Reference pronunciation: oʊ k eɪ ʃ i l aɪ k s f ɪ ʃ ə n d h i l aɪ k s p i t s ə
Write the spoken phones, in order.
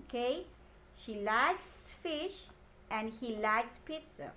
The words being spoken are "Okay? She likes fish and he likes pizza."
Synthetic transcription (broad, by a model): k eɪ ʃ i l aɪ k s f ɪ ʃ ə n d h i l aɪ k s p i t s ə